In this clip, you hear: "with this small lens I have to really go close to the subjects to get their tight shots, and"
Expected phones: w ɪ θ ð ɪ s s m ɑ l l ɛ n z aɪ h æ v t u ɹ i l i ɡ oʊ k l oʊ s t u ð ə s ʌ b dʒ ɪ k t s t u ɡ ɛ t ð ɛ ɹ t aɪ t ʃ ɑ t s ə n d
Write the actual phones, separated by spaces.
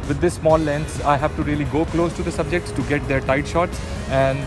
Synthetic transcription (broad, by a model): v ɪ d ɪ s s m ɑ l l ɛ n s aɪ h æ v t u ɹ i l i ɡ oʊ k l oʊ s t u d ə s ʌ b dʒ ɪ k t s t u ɡ ɛ t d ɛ ɹ t aɪ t ʃ ɑ t s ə n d